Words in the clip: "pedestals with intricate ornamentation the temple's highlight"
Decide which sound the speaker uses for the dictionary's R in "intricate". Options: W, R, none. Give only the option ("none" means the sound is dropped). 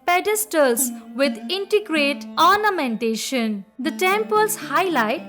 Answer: none